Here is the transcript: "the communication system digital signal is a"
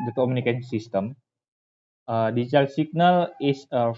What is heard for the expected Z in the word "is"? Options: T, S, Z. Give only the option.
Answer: S